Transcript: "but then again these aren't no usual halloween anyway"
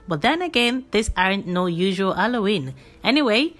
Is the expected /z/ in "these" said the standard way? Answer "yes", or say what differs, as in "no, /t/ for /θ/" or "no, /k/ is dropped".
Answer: no, /s/ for /z/